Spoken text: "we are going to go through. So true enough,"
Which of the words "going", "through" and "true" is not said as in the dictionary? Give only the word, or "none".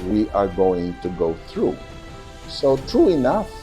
none